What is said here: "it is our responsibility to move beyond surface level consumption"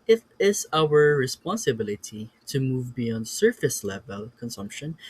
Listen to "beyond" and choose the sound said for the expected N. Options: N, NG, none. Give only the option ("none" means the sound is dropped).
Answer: N